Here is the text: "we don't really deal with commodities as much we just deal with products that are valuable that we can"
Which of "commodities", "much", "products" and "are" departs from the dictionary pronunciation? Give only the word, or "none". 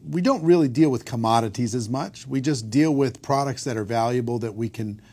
none